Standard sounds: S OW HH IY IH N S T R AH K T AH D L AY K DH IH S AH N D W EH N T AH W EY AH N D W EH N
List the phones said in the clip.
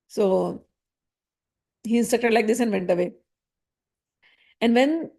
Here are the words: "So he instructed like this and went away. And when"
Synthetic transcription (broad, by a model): S OW HH IY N S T AH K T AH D L AY K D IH S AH N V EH N T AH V EY AH N D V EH N